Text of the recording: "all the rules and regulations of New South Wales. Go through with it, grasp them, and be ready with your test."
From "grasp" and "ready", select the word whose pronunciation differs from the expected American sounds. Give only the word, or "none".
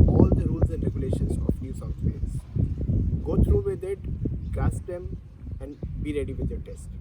grasp